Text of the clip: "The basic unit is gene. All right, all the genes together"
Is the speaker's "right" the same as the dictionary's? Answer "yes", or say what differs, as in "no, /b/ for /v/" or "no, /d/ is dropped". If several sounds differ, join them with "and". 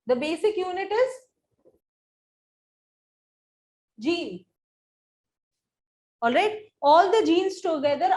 yes